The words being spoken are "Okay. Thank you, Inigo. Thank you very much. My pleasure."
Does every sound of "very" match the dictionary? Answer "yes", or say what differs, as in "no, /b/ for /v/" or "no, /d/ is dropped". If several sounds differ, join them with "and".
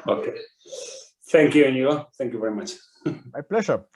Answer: yes